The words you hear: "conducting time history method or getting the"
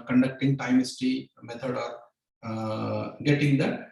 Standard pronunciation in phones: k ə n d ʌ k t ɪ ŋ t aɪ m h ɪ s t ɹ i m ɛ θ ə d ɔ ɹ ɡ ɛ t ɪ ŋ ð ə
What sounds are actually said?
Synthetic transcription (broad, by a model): k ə n d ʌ k t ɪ ŋ t aɪ m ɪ s t i m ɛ t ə d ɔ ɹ ɡ ɛ t ɪ ŋ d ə